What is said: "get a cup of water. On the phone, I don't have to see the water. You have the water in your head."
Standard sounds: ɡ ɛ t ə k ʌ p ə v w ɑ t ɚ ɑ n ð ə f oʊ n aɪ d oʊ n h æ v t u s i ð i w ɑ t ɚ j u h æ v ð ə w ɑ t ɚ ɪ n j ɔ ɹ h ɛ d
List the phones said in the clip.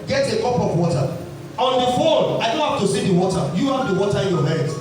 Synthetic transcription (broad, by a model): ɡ ɛ t ə k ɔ p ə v w ɑ t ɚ ɑ n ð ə f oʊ l aɪ d oʊ n h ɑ f t u s i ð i w ɑ t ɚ j u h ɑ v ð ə w ɑ t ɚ ɪ n j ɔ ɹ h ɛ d